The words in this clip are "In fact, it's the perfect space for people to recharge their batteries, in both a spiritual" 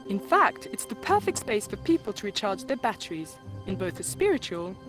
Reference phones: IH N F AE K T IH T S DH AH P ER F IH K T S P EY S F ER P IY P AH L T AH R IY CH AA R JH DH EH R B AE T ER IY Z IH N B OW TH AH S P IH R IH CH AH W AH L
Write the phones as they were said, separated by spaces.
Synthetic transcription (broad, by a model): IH N F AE K T IH T S DH AH P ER F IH K T S P EY S F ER P IY P AH L T AH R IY CH AA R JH DH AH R B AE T ER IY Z IH N B OW TH AH S P IH R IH CH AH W AH L